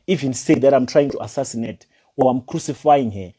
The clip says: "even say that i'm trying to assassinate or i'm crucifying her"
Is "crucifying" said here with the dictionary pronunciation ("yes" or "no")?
yes